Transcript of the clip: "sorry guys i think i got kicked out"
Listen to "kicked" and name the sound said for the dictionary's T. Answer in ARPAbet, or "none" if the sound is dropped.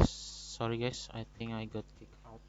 none